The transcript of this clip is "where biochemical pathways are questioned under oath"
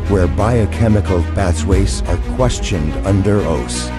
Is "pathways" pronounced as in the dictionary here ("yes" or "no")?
no